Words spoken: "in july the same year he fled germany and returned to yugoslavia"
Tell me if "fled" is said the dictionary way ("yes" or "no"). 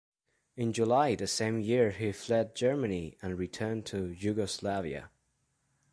yes